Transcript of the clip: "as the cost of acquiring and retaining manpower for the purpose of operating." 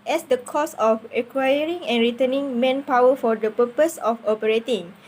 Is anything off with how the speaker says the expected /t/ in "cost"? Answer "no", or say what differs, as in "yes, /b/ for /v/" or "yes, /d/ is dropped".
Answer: yes, /t/ is dropped